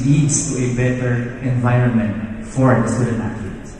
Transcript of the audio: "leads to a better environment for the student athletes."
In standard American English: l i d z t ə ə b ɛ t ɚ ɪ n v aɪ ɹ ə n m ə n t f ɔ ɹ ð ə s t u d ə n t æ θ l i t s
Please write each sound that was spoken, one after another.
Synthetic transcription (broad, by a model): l i d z t ə ə b ɛ t ɚ ɪ n v aɪ ɹ ə n m ə n t f ɔ ɹ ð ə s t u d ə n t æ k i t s